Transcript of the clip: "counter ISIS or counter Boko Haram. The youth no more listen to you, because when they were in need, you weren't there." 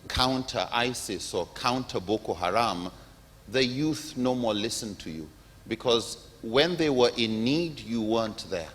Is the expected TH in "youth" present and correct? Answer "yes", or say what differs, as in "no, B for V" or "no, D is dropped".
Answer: yes